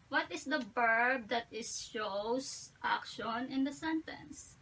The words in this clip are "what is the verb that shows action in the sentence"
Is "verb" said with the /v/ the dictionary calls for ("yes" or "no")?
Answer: no